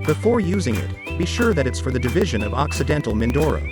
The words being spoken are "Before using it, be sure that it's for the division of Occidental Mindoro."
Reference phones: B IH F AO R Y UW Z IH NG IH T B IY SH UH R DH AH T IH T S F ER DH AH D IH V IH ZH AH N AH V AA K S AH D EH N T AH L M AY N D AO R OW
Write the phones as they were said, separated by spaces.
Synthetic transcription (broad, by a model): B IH F AO R Y UW Z IH NG IH T B IY SH UH R DH AH T IH T S F ER DH AH D IH V IH ZH AH N AH V AA K S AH D EH N T L M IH N D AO R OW